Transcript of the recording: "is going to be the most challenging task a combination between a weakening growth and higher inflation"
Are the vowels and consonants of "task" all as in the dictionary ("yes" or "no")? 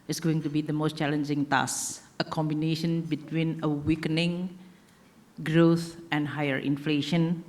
no